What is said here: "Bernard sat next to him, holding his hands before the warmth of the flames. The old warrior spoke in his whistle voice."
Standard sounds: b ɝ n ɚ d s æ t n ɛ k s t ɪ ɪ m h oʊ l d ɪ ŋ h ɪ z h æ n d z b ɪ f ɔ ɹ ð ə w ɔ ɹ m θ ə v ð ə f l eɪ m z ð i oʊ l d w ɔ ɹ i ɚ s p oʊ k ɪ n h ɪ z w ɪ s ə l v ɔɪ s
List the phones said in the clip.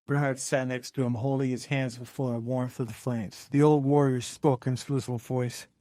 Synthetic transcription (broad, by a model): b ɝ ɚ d s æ t n ɛ k s t ɪ ɪ m h oʊ l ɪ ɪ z h æ n d z b ɪ f ɔ ɹ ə w ɔ ɹ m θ ə v ð ə f l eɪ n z ð i oʊ l d w ɔ ɹ i ɚ s p oʊ k ɪ n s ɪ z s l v ɔɪ s